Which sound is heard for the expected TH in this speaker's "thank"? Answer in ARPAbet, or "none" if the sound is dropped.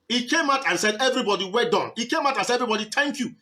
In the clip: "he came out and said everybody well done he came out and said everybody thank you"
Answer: T